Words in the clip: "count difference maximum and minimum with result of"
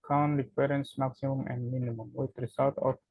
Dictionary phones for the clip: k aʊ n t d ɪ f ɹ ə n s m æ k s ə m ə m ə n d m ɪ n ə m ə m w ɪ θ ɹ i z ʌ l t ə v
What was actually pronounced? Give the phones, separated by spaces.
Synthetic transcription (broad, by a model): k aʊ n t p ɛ ɹ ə n s m æ k s ə m ə m ə n d m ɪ n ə m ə m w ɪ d ɹ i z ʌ l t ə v